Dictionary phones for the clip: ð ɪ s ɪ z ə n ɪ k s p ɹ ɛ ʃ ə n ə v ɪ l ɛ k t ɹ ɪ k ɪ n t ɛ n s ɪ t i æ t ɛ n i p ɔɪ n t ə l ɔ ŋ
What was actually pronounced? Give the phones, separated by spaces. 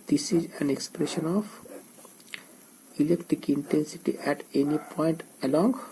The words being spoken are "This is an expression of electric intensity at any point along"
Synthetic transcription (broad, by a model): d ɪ s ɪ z ə n ɪ k s p ɹ ɛ ʃ ə n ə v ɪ l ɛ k t ɪ k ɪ n t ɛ n s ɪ t i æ t ɛ n i p ɔɪ n t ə l ɔ ŋ